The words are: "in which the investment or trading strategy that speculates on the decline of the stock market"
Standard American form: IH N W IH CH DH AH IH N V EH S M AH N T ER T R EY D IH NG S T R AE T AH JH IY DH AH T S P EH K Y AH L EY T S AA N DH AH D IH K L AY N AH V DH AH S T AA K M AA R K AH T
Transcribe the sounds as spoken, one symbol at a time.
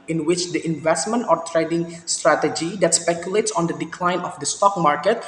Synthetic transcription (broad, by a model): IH N W IH CH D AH IH N V EH S M AH N T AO T R EY D IH NG S T R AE T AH JH IY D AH T S P EH K Y AH L EY T S AA N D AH D IH K L AY N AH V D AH S T AA K M AA R K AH T